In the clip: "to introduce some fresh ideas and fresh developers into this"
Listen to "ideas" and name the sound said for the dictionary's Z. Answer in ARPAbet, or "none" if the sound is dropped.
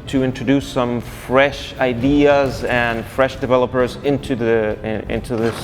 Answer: Z